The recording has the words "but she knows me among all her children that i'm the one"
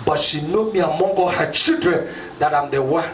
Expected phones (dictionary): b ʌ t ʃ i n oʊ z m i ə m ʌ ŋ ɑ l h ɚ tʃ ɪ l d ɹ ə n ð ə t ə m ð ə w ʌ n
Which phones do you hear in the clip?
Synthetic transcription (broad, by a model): b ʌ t ʃ i n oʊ m i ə m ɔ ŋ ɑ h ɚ tʃ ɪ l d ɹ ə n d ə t ə m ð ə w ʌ